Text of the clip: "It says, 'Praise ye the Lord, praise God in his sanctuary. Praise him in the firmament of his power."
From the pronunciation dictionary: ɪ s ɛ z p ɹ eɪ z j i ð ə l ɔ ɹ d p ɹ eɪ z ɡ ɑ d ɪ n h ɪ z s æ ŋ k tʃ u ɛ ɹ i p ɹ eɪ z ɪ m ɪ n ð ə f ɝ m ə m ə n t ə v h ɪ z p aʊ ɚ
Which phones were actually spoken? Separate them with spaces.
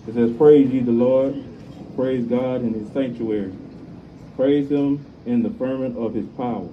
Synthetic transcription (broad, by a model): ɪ s ɛ z p ɹ eɪ z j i ð ə l ɔ ɹ d p ɹ eɪ z ɡ ɑ d ɪ n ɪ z s æ ŋ k tʃ u ɛ ɹ i p ɹ eɪ z ɪ m ɪ n ð ə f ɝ m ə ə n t ə v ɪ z p aʊ ɚ